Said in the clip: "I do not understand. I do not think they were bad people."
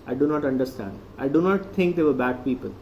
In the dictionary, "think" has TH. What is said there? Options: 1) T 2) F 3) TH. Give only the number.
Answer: 1